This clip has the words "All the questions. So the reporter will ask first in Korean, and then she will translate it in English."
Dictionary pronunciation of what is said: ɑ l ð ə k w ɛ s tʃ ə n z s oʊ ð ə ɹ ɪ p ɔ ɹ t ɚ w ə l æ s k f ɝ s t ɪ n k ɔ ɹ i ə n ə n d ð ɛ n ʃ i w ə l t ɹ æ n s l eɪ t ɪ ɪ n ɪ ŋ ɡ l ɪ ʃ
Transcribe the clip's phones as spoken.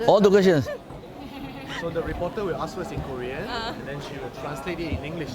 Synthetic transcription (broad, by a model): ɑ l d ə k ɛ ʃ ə n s s oʊ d ə ɹ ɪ p ɔ t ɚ w ə l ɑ s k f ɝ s ɪ n k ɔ ɹ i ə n ə n d ɛ n ʃ i w ə l t ɹ æ n s l eɪ t ɪ ɪ n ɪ ŋ ɡ l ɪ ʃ